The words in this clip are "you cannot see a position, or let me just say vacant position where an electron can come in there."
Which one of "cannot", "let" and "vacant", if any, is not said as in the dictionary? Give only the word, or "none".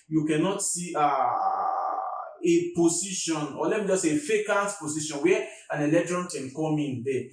vacant